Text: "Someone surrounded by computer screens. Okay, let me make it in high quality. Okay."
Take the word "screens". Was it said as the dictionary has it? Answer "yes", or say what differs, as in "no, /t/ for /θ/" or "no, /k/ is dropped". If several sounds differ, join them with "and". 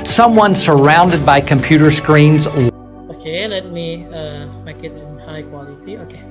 yes